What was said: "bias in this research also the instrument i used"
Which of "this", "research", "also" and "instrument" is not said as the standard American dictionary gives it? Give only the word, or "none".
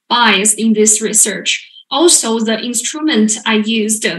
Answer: none